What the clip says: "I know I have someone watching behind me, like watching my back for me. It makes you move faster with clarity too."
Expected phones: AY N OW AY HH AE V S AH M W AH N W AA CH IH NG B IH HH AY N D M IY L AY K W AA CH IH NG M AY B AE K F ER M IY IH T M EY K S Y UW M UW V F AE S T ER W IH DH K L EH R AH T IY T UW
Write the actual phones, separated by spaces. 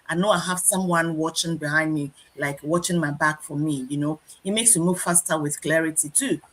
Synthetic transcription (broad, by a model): AY N OW AY HH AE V S AH M W AH N W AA CH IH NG B IH HH AY N D M IY L AY K W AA CH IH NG M AY B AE K F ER M IY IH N M EY K S Y UW M UW V F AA S T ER W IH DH K L EH R AH T IY T UW